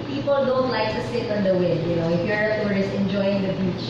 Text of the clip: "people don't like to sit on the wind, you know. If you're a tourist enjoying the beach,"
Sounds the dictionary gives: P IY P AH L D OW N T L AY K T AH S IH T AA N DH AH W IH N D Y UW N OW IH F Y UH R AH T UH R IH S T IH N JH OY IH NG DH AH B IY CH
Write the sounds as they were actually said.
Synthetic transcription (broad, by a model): P IY P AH L D OW N T L AY K T AH S IH T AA N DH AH W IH D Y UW N OW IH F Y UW AH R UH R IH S IH N JH OY IH NG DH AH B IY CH